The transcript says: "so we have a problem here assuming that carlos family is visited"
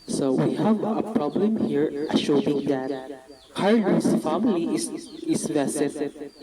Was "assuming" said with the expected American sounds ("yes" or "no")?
no